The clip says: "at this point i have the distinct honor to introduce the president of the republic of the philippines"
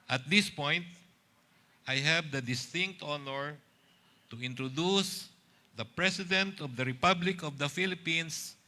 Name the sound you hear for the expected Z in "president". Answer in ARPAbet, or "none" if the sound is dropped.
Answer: S